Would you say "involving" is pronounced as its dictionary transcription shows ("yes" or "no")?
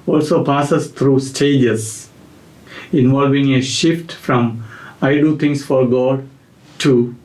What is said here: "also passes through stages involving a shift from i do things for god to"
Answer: yes